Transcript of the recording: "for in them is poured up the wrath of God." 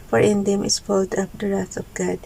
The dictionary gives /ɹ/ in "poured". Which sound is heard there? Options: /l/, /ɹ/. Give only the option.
/l/